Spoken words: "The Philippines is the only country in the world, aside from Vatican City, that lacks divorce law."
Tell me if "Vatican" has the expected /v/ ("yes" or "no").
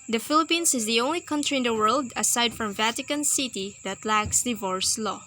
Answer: yes